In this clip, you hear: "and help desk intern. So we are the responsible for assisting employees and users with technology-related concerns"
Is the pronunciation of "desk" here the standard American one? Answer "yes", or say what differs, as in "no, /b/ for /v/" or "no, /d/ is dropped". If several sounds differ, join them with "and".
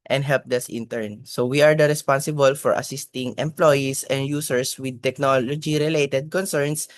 no, /k/ is dropped